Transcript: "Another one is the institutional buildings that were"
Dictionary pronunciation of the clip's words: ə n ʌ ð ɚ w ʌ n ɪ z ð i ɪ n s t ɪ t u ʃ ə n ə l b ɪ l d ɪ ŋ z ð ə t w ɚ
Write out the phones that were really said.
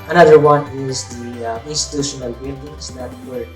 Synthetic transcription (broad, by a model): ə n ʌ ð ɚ w ʌ n ɪ z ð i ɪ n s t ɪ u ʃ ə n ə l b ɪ n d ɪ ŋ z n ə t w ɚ